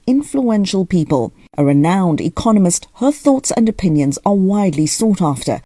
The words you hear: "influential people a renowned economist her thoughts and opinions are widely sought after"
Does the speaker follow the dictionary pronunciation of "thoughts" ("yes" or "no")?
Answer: yes